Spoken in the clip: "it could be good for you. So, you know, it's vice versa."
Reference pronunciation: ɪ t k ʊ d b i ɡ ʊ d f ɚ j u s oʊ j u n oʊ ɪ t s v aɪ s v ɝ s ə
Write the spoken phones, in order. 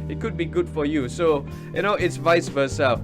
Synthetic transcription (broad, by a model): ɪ t k ʊ d b i ɡ ʊ d f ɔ j u s oʊ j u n oʊ ɪ t s v aɪ s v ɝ s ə